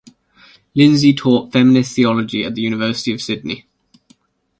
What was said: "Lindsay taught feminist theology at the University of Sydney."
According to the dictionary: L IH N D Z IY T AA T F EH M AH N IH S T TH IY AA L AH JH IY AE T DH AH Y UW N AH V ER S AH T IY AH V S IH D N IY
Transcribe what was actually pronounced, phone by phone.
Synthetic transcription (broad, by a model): L IH N Z IY T AA T F EH M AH N IH S TH IY AA L AH JH IY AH T DH AH Y UW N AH V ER S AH T IY AH V S IH D N IY